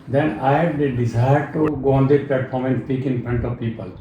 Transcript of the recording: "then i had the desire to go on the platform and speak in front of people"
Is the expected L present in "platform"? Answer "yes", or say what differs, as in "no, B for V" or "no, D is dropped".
no, L is dropped